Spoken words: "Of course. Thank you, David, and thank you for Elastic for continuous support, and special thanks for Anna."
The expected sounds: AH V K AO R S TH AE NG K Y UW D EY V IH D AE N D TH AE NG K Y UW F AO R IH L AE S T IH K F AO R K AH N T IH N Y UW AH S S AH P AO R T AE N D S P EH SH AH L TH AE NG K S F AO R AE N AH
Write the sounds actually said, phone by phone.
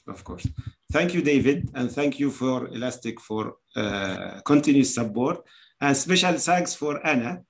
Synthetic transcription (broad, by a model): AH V K AO R S TH AE NG K Y UW D EY V IH D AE N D TH AE NG K Y UW F AO R IH L AE S T IH K F AO R K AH N T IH N Y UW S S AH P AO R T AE N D S P EH SH AH L S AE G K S F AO R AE N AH